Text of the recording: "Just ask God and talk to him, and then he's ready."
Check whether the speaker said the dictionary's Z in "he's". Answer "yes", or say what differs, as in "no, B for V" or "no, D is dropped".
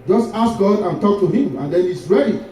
no, S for Z